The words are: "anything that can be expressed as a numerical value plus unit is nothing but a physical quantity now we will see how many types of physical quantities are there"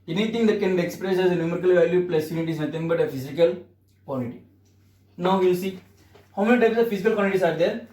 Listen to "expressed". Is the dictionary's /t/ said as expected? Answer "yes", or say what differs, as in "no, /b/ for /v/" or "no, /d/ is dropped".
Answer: no, /t/ is dropped